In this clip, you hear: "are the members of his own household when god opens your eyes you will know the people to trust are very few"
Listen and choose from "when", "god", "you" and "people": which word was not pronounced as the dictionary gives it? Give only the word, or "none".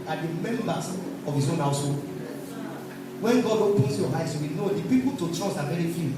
none